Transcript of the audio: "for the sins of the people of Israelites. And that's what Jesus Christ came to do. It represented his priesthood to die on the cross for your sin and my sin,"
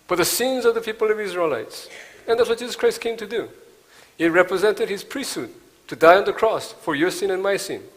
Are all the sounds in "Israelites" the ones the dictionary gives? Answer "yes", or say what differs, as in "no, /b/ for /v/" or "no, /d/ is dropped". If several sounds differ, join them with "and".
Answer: yes